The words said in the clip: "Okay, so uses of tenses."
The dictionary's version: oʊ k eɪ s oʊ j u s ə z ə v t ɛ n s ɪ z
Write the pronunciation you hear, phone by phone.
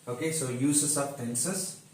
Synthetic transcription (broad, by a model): oʊ k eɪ s oʊ j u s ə s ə p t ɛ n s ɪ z